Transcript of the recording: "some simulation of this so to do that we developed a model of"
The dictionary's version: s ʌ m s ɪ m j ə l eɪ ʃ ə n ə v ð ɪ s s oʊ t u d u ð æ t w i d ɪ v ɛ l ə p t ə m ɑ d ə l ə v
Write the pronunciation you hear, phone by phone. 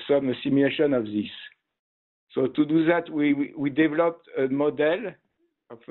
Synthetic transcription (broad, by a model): s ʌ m s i m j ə l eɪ ʃ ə n ə v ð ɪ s s oʊ t u d u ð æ t w i d ɪ v ɛ l ə p t ə m ɑ d ə l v